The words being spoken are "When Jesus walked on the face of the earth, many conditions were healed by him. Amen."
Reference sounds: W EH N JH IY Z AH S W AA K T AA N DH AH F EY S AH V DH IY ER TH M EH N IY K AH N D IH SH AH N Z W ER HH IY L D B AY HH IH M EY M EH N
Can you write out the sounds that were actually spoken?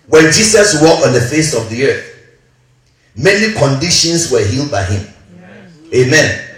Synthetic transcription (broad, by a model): W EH N JH IY S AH S W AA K AA N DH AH F EY S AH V DH IY ER TH M EH N IY K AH N D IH SH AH N S W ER HH IY L D B AY HH IH M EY M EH N